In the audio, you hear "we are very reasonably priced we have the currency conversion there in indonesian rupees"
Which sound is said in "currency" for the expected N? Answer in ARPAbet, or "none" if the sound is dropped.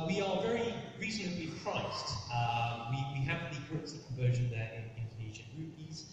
none